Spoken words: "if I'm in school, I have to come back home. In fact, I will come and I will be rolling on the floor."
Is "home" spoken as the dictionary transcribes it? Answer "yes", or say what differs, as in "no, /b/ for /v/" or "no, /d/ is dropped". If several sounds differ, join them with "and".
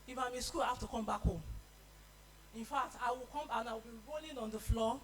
no, /m/ is dropped